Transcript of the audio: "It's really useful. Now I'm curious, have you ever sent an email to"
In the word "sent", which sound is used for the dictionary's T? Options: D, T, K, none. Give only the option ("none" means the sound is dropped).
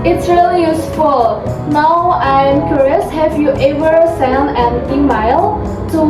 none